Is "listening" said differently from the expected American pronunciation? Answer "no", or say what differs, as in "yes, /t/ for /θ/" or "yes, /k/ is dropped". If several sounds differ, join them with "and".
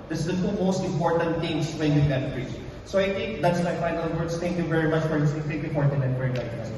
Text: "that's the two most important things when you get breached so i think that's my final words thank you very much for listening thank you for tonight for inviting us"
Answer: yes, /n/ is dropped